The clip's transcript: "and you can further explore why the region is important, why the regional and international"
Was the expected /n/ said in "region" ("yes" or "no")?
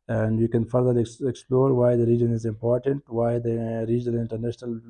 yes